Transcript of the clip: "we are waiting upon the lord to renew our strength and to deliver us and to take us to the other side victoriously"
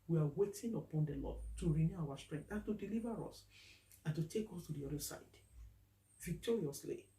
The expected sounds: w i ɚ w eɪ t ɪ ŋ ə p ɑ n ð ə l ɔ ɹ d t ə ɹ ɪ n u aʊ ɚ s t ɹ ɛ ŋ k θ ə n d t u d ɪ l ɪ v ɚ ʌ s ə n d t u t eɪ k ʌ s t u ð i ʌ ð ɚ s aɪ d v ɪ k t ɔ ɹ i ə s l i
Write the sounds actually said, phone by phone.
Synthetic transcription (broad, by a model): w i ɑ w eɪ t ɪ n ə p ɑ n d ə l ɔ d t ə ɹ ɪ n u aʊ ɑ s t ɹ ɛ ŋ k t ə n t u d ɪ l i v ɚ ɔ s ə n t u t eɪ k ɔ s t u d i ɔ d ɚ s aɪ d v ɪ k t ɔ ɹ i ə s l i